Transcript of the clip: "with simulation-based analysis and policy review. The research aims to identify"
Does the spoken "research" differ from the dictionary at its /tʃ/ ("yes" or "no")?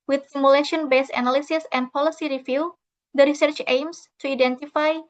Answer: no